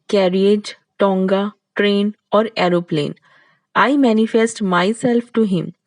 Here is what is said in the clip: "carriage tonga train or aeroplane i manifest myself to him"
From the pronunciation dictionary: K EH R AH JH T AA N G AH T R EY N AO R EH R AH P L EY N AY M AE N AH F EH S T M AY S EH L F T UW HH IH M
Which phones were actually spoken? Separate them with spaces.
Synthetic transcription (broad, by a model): K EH R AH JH T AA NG G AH T R EY N AO R EH R AH P L EY N AY M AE N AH F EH S T M AY S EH L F T UW HH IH M